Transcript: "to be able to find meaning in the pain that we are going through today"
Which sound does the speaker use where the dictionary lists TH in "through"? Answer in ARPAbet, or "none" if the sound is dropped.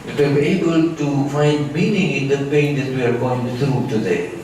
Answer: S